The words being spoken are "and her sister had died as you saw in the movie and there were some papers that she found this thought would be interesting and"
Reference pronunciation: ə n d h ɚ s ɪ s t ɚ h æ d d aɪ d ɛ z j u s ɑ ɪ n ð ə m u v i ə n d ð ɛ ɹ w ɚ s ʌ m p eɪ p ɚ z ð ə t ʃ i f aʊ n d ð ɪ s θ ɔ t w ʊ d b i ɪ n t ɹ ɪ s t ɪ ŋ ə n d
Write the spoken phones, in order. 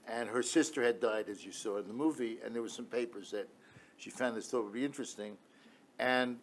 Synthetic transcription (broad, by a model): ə n ɚ s ɪ s t ɚ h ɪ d d aɪ d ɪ z j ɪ s ɑ ɪ n ð ə m u v i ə n ð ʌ ɹ w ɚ s ʌ m p eɪ p ɚ z ð ə t ʃ i f aʊ n ð ɪ s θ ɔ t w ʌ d b i ɪ n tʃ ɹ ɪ s t ɪ ŋ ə n